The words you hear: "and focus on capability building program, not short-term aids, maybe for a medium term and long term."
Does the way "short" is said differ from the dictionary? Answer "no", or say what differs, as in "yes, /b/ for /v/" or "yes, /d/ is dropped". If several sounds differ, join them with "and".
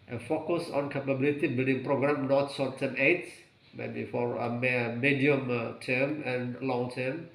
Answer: yes, /s/ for /ʃ/